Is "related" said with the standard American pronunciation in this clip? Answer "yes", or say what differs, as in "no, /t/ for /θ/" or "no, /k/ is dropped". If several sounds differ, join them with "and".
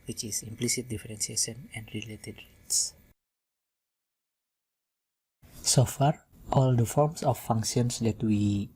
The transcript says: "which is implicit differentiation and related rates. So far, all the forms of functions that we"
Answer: yes